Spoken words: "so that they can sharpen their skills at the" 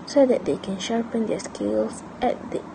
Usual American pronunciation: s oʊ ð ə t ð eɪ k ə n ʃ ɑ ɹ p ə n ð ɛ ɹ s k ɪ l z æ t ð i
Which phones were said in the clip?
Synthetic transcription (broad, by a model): s oʊ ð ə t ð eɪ k ə n ʃ ɑ ɹ p ə n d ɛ s k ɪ l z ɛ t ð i